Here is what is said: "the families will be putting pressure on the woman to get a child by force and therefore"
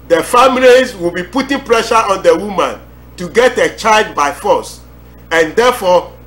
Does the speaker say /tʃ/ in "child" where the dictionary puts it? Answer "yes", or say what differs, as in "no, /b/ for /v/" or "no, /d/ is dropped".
yes